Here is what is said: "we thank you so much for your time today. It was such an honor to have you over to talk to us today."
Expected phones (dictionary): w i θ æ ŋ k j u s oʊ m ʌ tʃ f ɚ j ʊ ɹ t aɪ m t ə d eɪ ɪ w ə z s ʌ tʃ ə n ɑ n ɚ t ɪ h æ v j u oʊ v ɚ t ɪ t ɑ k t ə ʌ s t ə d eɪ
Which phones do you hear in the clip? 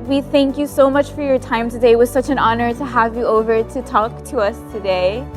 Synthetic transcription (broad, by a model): w i θ æ ŋ k j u s oʊ m ʌ tʃ f ɚ j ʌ ɹ t aɪ m t ə d eɪ ɪ w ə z s ʌ tʃ ə n ɑ n ɚ t ɪ h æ v j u oʊ v ɚ t ɪ t ɑ k t ə ʌ s t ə d eɪ